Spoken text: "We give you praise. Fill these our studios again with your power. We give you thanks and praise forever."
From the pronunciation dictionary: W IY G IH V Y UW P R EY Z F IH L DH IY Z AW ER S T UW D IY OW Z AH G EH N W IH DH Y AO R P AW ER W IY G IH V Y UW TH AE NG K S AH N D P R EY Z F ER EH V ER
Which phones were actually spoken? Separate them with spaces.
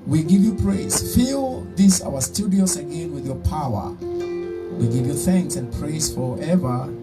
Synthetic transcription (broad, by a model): W IY G IH V Y UW P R EY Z F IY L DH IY S AW ER S T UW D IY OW S AH G EH N W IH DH Y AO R P AW ER W IY G IH V Y UW TH AE NG K S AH N P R EY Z F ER EH V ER